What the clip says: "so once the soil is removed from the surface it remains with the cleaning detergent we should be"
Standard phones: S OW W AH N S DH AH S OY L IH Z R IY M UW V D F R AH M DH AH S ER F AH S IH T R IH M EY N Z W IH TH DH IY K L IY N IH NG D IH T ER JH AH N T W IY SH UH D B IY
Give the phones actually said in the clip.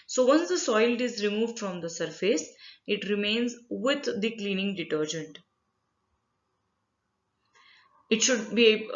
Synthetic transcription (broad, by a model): S OW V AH N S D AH S OY L IH Z R IY M UW V D F R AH M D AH S ER F AH S IH T R IH M EY N Z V IH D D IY K L IY N IH NG D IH T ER JH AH N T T SH UH D B IY